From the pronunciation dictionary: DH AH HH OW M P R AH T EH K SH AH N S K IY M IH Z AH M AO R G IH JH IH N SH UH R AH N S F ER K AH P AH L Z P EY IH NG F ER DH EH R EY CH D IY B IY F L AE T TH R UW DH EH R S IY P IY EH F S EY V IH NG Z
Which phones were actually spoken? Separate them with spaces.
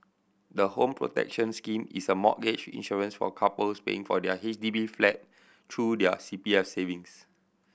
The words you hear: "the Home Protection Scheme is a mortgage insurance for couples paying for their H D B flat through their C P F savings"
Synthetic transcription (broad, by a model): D AH HH OW M P R AH T EH K SH AH N S K IY M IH S AH M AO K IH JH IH N SH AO R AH N S F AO K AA P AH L S P EY IH NG F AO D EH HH EY CH D IY B IY F L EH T T R UW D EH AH S IY P IY EH F S EY V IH NG S